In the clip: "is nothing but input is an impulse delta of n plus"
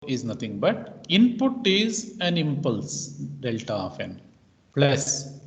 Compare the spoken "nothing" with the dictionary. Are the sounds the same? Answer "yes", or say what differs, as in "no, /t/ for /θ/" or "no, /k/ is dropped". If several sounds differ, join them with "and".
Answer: no, /t/ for /θ/